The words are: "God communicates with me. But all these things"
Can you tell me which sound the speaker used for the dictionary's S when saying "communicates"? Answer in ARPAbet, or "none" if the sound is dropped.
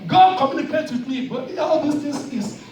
none